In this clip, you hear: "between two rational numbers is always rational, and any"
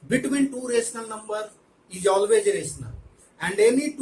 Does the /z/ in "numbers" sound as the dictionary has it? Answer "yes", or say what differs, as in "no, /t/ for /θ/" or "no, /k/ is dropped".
no, /z/ is dropped